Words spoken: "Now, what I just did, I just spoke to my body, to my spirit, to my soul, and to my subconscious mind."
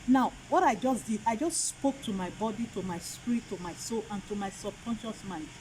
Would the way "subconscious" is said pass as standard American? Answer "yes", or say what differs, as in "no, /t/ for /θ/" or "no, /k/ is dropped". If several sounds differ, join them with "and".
yes